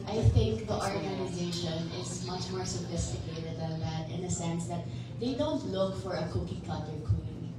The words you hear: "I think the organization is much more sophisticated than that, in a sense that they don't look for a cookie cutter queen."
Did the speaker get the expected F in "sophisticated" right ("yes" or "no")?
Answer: yes